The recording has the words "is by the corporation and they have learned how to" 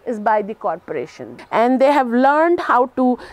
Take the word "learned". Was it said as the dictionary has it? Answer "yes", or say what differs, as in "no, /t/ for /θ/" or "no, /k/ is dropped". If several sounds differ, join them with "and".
yes